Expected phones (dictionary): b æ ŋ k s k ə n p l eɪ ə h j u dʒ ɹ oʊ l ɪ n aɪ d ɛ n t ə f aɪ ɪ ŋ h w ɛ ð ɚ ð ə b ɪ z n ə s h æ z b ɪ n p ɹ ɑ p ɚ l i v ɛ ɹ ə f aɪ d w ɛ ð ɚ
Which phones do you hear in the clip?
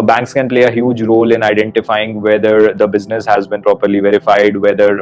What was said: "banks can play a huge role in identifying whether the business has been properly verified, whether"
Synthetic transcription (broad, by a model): b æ ŋ k s k ə n p l eɪ ə h j u dʒ ɹ oʊ l ɪ n aɪ d ɛ n t ə f aɪ ɪ ŋ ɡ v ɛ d ɚ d ə b ɪ z n ə s h æ z b ɪ n p ɹ ɑ p ɚ l i v ɛ ɹ ə f aɪ d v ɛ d ɚ